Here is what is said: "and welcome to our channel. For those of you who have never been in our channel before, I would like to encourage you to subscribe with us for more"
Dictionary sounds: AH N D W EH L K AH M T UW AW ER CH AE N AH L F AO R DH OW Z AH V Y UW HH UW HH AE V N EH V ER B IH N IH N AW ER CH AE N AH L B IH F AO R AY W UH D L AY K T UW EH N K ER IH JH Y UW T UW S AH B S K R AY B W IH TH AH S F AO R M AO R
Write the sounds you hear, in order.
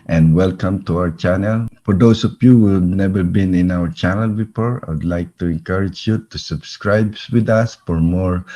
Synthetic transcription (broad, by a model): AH N D W EH L K AH M T UW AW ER CH AE N AH L F AO R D OW S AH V Y UW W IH N EH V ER B IH N IH N AW ER CH AE N AH L B IH F AO R AY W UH D L AY K T UW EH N K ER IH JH Y UW T UW S AH B S K R AY B W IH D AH S F AO R M AO R